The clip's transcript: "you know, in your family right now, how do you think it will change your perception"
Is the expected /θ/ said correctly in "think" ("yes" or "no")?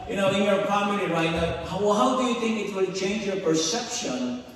yes